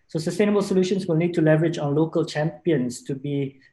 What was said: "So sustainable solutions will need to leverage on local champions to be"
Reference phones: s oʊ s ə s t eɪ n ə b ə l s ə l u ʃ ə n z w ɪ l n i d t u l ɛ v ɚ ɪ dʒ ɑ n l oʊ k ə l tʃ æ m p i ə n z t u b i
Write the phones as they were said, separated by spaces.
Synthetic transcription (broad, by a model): s oʊ s ə s t eɪ n ə b ə l s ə l u ʃ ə n s w ɪ l n i d t u l ɛ v ɚ ɪ dʒ ɑ n l oʊ k ə l tʃ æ m p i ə n s t u b i